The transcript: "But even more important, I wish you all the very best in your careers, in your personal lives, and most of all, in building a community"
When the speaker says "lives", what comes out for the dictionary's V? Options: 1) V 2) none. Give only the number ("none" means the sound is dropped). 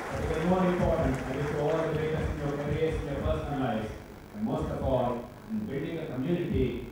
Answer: 2